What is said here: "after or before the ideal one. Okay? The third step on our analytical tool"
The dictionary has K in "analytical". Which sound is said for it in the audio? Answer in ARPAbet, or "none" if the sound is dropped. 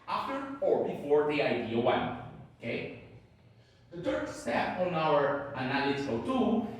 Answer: none